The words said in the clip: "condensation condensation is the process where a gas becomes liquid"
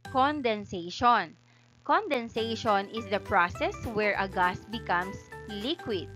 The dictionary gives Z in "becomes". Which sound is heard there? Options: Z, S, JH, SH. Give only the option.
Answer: S